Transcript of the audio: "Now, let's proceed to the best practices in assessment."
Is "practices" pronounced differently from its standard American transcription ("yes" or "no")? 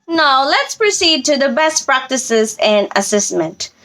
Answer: no